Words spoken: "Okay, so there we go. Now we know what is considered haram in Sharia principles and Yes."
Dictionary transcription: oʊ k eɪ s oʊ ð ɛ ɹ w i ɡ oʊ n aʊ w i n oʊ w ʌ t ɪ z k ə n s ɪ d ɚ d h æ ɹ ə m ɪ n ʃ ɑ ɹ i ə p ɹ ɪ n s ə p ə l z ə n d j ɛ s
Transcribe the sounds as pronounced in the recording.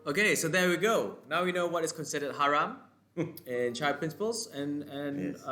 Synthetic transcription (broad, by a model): oʊ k eɪ s oʊ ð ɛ w i ɡ oʊ n aʊ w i n oʊ w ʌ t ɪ s k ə n s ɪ d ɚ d h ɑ ɹ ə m ɪ n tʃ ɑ i p ɹ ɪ n s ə p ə l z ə n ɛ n